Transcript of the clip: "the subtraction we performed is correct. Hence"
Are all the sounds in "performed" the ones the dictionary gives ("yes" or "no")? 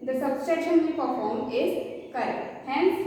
no